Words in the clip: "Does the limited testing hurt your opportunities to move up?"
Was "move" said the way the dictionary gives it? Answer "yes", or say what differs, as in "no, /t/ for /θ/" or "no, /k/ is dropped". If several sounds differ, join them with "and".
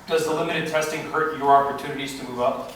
yes